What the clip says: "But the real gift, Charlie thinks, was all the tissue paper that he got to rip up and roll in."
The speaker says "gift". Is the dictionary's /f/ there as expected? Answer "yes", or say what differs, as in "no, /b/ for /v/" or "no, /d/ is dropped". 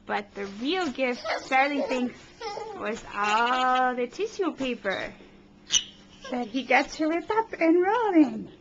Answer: yes